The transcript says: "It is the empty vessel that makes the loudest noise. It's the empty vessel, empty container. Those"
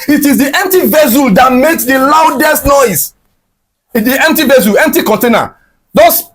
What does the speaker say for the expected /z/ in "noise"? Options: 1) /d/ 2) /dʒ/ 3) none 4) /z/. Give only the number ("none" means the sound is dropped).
3